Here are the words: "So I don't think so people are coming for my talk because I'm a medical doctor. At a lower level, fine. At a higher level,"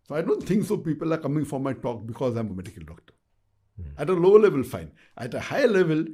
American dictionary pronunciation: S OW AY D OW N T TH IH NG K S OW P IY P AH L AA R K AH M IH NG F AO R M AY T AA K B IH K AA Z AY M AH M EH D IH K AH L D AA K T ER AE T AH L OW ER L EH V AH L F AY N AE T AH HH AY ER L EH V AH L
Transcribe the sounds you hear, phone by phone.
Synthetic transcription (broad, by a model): S OW AY D OW N T T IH NG K S OW P IY P AH L AA R K AH M IH NG F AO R M AY T AA K B IH K AA Z AY M AH M EH D IH K AH L D AA K T ER AE T AH L OW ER L EH V AH L F AY N AE T AH HH AY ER L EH V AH L